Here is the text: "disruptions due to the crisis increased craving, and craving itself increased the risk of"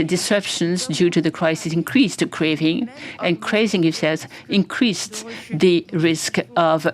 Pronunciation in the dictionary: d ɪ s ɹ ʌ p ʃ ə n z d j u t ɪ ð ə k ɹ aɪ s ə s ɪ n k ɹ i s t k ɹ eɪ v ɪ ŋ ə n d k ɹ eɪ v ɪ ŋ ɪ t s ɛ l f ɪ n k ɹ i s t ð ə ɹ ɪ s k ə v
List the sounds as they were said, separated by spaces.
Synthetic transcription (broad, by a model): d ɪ s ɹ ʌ p ʃ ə n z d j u t ɪ ð ə k ɹ aɪ s ə s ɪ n k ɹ i s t k ɹ eɪ v ɪ ŋ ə n k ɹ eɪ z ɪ ŋ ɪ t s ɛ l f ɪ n k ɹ i s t ð ə ɹ ɪ s k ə v